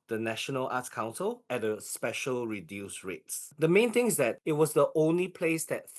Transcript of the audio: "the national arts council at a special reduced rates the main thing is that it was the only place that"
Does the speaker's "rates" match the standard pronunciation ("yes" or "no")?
yes